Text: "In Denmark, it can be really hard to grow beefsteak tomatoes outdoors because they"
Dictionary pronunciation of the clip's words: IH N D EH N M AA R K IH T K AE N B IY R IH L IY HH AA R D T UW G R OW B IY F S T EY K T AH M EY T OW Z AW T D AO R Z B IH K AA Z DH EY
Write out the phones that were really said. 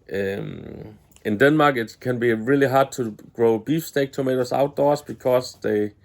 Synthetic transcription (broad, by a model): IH N D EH N M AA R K IH T K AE N B IY R IH L IY HH AA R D T UW G R OW B IY F S T EY K T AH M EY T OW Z AW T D AO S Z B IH K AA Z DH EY